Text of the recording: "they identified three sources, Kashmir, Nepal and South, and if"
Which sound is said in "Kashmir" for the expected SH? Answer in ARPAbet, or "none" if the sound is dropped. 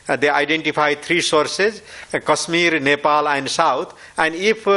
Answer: S